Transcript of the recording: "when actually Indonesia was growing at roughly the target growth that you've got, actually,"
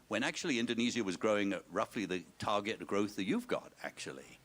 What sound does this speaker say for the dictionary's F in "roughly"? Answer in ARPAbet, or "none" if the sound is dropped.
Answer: F